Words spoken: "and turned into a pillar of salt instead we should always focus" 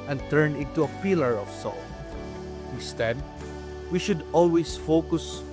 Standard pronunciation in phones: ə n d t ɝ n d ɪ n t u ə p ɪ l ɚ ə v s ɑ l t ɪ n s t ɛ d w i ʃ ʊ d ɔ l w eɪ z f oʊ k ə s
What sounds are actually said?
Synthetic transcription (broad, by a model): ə n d t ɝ n ɪ n t u ə p ɪ l ɚ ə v s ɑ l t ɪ s t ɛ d w i ʃ ʊ d ɔ l w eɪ s f oʊ k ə s